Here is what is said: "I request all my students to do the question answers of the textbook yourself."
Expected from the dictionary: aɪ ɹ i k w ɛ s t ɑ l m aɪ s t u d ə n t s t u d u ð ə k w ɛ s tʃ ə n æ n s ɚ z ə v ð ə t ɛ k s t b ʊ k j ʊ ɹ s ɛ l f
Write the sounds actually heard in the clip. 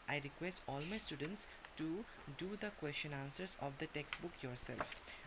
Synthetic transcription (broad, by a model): aɪ ɹ i k w ɛ s t ɑ l m aɪ s t u d ə n t s t u d u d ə k w ɛ s tʃ ə n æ n s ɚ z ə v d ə t ɛ k s t b ʊ k j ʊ ɹ s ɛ l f